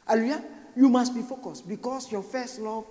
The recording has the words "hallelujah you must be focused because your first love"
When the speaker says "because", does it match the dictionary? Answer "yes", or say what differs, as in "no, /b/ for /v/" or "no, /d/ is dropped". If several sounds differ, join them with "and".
no, /s/ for /z/